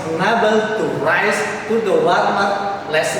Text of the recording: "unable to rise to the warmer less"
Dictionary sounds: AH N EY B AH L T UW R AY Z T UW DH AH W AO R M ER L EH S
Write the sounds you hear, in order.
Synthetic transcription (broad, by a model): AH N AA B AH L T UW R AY S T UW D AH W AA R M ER L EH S